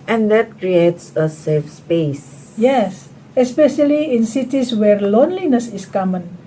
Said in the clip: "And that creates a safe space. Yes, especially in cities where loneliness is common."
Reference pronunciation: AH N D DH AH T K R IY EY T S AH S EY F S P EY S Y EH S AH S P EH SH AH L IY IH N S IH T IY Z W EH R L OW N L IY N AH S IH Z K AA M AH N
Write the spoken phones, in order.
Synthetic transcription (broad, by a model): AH N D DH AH T K R IY EY T S AH S EY F S P EY S Y EH S AH S P EH SH AH L IY IH N S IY T IY S W EH R L OW N L IY N AH S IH S K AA M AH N